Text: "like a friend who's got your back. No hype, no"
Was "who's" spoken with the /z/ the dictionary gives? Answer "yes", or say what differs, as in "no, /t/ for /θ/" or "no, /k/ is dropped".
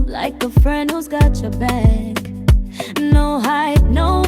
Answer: yes